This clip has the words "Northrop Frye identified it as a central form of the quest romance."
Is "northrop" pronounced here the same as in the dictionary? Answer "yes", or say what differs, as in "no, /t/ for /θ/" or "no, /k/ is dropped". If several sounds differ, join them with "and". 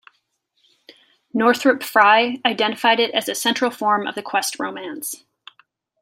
yes